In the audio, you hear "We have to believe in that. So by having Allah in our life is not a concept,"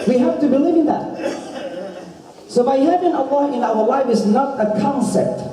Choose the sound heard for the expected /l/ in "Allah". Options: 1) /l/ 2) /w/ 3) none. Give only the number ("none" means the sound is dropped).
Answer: 2